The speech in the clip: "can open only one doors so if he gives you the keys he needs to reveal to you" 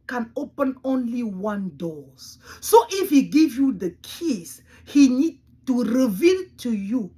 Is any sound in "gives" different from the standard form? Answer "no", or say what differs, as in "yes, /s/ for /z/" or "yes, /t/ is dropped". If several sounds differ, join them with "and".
yes, /z/ is dropped